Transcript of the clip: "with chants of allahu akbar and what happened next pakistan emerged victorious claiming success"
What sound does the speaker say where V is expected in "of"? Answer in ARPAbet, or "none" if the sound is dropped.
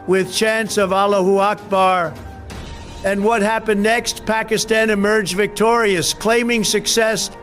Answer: V